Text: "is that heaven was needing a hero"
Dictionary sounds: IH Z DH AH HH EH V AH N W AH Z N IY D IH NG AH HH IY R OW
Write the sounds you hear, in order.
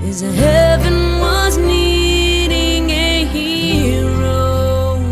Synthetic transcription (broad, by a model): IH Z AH HH EH V AH N W AH Z N IY D IH NG AH HH IY R OW